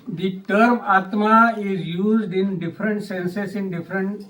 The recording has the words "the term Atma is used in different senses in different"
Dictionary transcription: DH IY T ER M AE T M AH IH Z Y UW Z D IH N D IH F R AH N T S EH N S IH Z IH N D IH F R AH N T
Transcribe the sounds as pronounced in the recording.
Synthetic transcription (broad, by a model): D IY T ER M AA T M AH IH Z Y UW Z D IH N D IH F R AH N T S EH N S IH S IH N D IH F R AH N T